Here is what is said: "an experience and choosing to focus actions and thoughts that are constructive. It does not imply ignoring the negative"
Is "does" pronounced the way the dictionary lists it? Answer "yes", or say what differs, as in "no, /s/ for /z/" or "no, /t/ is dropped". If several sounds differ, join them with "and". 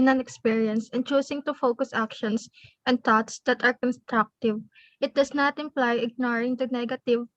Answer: no, /s/ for /z/